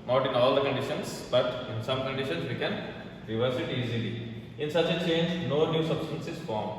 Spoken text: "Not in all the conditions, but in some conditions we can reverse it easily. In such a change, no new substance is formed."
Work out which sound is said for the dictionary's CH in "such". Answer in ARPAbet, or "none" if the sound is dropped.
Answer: CH